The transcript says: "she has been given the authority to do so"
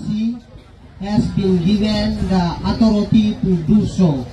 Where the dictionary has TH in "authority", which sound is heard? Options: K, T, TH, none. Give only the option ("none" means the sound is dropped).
T